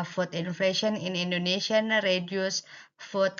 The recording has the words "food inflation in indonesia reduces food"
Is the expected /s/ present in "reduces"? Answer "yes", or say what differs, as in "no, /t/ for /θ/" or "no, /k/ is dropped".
no, /s/ is dropped